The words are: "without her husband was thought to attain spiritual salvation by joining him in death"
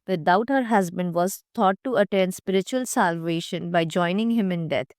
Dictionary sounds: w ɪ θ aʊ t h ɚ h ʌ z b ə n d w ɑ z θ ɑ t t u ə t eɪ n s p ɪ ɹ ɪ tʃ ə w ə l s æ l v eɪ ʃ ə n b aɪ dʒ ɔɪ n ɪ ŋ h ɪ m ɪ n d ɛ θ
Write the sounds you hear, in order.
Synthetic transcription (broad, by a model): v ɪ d aʊ t h ɚ h ʌ z b ə n d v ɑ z t ɑ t t u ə t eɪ n s p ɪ ɹ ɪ tʃ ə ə l s æ l v eɪ ʃ ə n b aɪ dʒ ɔɪ n ɪ ŋ h ɪ m ɪ n d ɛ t